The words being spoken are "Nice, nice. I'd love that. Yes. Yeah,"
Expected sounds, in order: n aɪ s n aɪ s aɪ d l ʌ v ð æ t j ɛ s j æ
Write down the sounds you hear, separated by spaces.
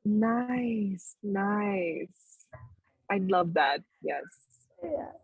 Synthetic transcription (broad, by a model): n aɪ s n aɪ s aɪ l ʌ v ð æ t j ɛ s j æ